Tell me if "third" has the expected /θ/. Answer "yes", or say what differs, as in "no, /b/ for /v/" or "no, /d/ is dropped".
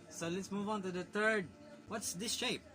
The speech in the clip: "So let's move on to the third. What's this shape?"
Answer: no, /t/ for /θ/